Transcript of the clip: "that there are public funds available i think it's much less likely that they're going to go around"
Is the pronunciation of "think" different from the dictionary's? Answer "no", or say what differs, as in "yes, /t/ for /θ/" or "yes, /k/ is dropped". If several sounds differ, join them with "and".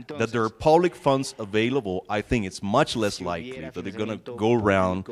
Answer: no